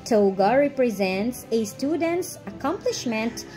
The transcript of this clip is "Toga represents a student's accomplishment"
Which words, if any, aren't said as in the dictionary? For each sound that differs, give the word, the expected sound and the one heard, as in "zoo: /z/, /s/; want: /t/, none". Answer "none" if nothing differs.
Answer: none